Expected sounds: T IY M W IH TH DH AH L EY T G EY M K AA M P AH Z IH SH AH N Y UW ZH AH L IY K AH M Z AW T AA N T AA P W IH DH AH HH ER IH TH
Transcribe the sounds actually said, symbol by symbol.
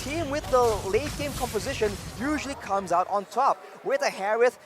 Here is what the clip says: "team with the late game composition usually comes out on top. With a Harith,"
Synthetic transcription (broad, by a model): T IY M W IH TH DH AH L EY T G EY M K AA M P AH Z IH SH AH N Y UW ZH AH L IY K AH M Z AW T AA N T AA P W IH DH AH HH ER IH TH